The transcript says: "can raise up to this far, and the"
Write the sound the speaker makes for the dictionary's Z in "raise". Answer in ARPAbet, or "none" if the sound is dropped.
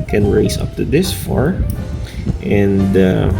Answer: S